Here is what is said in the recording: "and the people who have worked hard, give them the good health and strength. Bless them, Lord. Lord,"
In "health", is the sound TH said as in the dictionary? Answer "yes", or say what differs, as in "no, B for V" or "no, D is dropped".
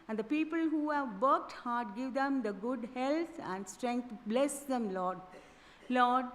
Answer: no, T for TH